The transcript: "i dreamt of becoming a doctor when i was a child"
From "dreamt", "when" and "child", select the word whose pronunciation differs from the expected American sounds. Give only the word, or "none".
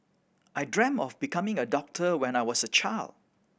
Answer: dreamt